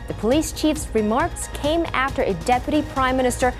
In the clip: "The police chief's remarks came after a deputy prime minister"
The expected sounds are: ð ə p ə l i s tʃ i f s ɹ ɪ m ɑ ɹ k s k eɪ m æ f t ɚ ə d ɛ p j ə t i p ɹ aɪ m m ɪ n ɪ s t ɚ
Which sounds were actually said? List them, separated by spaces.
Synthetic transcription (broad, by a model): ð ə p ə l i s tʃ i f s ɹ ɪ m ɑ ɹ k s k eɪ m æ f t ɚ ə d ɛ p j ə t i p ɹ aɪ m m ɪ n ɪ s t ɚ